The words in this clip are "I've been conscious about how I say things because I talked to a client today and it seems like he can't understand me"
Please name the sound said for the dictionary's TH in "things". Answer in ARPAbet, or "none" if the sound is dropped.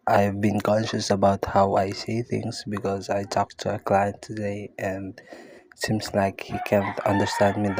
TH